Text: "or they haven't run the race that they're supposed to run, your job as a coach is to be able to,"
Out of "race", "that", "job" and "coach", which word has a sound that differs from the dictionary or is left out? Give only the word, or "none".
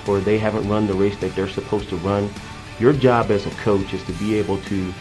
none